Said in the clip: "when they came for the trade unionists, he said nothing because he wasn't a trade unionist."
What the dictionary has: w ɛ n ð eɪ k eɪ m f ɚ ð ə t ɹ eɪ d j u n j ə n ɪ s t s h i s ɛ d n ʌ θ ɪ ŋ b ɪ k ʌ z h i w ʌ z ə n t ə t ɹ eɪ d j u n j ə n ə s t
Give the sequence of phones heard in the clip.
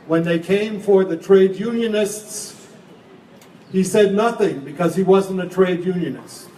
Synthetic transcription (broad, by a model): w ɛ n ð eɪ k eɪ m f ɚ ð ə t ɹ eɪ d j u n j ə n ɪ s t s h i s ɛ d n ʌ θ ɪ ŋ b ɪ k ʌ z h i w ʌ z ə n t ə t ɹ eɪ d j u n j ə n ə s t